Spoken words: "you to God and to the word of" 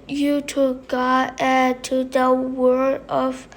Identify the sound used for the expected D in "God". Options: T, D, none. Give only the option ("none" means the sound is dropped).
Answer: none